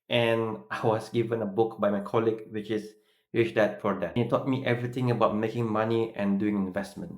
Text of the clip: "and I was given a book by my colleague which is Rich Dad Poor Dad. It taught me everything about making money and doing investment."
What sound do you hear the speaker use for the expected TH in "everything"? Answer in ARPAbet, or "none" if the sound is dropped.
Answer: T